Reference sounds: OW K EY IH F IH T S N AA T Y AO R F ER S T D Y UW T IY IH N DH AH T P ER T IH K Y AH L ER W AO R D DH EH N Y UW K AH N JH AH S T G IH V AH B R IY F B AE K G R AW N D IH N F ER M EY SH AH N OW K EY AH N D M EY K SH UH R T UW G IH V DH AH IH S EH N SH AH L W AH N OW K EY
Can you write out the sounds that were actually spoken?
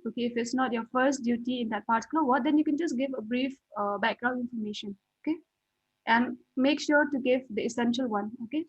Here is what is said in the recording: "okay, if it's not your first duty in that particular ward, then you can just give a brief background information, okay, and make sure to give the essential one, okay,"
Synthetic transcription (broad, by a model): OW K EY IH F IH T S N AA T Y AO F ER S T D Y UW T IY IH N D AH T P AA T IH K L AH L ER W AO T D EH N Y UW K AH N JH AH S G IH V AH B R IY F B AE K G R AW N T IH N F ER M EY SH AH N OW K EY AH N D M EY K SH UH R T UW G IH V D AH IH S EH N SH AH L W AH N OW K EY